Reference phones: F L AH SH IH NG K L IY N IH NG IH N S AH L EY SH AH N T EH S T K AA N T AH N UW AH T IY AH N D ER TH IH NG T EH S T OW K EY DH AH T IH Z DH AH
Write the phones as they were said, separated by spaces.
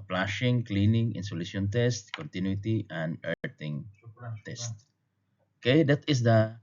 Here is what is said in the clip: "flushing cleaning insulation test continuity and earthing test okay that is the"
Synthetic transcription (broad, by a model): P L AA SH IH NG K L IY N IH NG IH N S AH L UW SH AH N T EH S T K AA N T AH N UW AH T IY AH N D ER T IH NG T EH S T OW K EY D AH T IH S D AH